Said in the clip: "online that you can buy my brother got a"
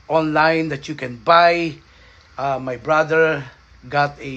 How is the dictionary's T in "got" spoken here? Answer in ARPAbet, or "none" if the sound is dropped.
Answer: T